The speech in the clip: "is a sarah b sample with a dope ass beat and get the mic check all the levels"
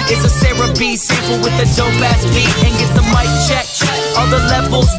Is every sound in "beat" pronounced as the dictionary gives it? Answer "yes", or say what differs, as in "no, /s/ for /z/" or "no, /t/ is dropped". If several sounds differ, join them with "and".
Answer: no, /t/ is dropped